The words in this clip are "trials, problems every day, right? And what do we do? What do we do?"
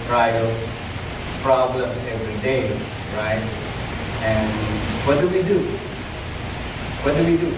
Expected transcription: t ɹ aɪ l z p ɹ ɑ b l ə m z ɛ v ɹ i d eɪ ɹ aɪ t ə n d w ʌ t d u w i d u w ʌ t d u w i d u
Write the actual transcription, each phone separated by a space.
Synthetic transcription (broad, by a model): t ɹ aɪ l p ɹ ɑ b l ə m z ɛ v ɹ i d eɪ ɹ aɪ t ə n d w ʌ t d u w i d u w ʌ t d u w i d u